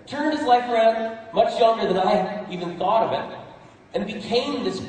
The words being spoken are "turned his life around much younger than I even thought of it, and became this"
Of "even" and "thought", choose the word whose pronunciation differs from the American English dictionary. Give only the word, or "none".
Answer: none